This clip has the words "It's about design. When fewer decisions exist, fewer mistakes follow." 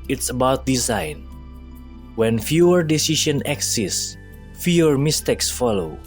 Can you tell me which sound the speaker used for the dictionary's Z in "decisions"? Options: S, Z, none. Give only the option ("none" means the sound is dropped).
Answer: none